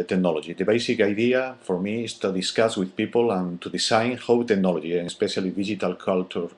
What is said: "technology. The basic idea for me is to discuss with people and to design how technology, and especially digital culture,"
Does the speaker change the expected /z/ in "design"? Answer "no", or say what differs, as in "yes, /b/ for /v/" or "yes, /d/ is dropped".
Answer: yes, /s/ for /z/